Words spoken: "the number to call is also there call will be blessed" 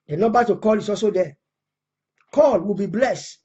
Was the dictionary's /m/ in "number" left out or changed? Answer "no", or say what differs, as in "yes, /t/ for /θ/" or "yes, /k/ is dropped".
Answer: yes, /m/ is dropped